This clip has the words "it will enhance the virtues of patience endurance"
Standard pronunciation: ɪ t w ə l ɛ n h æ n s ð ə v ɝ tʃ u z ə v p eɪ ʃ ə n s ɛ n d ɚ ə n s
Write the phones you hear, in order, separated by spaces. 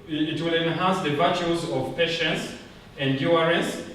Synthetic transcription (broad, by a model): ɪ t w ə l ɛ n h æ n s ð ə v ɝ tʃ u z ə v p eɪ ʃ ə n s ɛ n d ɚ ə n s